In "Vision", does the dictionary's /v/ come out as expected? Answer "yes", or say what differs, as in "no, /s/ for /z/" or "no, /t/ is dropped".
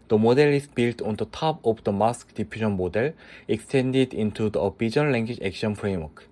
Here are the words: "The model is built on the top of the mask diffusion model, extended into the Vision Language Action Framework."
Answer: no, /b/ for /v/